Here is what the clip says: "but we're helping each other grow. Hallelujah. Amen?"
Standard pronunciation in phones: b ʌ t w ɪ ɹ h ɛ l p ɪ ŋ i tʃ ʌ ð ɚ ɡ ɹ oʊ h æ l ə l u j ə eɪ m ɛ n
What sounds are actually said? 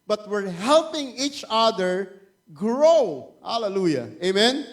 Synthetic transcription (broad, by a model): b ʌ t w ɪ ɹ h ɛ l p ɪ ŋ i tʃ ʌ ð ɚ ɡ ɹ oʊ h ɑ l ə l u j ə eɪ m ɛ n